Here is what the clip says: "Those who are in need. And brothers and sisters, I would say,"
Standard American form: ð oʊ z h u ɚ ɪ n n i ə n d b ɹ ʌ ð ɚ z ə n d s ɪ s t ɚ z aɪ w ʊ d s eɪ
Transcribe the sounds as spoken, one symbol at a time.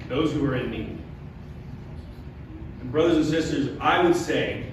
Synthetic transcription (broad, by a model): ð oʊ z h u ɚ ɪ n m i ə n b ɹ ʌ ð ɚ z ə n s ɪ s t ɚ z aɪ w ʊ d s eɪ